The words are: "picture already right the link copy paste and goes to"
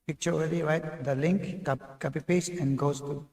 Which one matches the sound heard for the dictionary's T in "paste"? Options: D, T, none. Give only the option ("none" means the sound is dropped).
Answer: none